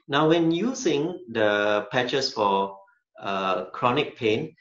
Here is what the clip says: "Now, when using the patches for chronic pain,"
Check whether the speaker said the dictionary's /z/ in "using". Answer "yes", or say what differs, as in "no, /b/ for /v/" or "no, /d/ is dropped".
no, /s/ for /z/